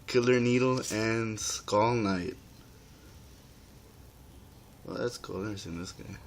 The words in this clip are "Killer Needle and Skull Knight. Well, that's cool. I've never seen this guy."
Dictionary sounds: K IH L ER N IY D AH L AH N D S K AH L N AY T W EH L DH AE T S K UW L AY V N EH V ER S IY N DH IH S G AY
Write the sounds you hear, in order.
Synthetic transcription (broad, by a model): K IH L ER N IY D L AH N S K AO L N AY T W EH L DH AE T S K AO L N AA IH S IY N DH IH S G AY